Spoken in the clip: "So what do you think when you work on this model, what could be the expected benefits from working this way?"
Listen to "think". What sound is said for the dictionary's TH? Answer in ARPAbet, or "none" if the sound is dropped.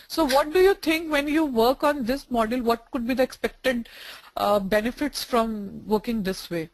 T